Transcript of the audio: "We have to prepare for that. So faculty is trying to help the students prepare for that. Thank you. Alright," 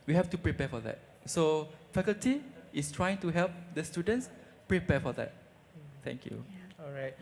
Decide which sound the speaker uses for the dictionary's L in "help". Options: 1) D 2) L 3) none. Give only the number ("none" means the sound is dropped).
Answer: 2